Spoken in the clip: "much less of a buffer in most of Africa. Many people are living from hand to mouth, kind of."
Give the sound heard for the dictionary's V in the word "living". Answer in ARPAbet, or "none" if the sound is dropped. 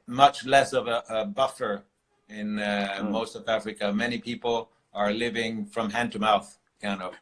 V